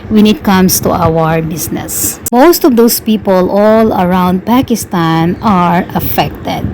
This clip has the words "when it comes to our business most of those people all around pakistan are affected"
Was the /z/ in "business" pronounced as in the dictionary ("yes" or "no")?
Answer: no